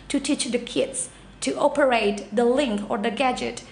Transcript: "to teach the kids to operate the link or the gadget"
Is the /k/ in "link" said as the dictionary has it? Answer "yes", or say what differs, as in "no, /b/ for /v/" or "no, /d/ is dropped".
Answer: yes